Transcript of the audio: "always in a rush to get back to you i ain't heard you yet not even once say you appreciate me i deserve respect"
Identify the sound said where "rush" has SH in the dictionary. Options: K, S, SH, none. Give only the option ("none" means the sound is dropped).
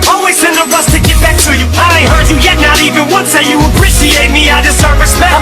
S